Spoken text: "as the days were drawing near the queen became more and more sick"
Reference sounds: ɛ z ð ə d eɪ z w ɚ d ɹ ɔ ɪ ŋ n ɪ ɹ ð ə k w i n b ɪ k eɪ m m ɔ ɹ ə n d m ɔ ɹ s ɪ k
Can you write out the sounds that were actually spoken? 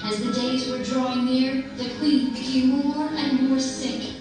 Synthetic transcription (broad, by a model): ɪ z ð ə d eɪ z w ɚ d ɹ ɔ ɪ ŋ n ɪ ɹ ð ə k w i n b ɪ k eɪ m m ɔ ɹ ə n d m ɔ ɹ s ɪ k